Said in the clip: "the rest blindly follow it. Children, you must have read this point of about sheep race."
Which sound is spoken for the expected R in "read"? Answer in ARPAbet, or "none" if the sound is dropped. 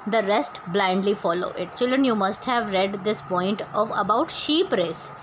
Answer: R